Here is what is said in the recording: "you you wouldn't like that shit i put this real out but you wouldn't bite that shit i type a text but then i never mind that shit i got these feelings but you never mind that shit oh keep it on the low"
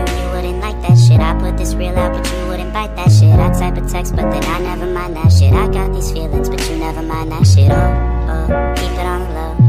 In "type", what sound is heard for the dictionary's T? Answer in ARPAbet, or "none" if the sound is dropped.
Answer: S